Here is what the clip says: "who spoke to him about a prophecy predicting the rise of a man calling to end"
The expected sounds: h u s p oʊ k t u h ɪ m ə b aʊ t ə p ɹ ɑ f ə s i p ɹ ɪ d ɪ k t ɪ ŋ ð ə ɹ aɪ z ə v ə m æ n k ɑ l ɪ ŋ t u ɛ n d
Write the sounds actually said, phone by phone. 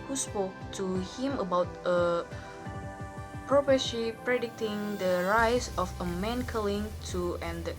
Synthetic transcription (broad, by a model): h u s p oʊ k t u h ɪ m ə b aʊ t ə p ɹ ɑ p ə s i p ɹ ɪ d ɪ k t ɪ ŋ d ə ɹ aɪ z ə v ə m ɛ n k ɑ l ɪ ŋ t u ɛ n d